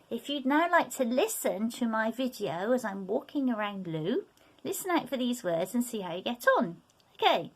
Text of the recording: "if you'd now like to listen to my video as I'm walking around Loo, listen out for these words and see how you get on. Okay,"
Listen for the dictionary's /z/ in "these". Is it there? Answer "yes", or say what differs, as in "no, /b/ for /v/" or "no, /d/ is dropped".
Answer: yes